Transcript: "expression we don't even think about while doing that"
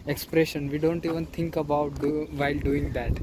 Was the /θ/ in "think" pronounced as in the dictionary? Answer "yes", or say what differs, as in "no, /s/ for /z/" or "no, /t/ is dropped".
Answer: no, /t/ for /θ/